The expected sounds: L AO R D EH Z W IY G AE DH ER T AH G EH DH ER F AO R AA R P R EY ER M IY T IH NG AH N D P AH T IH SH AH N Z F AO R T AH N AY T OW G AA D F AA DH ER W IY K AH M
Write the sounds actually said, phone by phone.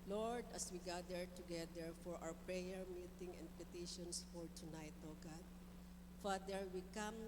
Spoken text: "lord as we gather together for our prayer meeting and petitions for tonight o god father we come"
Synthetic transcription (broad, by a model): L AO R D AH S W IY G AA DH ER T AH G EH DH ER F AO R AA W P R EY ER M IY T IH NG AH N D P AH T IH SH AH N S F AO R T AH N AY T OW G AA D F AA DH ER W IY K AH M